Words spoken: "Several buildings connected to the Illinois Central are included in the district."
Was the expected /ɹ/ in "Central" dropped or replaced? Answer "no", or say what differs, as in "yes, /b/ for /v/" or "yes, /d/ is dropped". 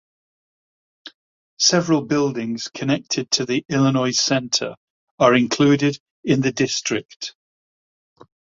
yes, /ɹ/ is dropped